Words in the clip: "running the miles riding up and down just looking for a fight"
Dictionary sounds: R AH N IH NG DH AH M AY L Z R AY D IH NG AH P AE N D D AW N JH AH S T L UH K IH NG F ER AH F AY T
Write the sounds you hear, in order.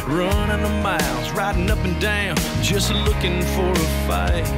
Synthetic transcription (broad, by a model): R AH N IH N DH AH M AY L Z R AY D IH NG AH P N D D AW N JH AH S T L UH K IH NG F ER AH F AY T